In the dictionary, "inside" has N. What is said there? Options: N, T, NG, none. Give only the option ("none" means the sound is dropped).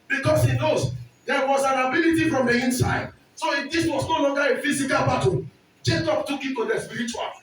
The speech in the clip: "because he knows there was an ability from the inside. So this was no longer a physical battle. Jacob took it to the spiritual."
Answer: N